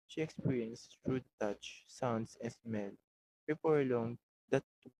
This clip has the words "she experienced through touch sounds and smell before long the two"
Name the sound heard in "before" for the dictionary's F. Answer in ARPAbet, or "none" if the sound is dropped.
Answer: P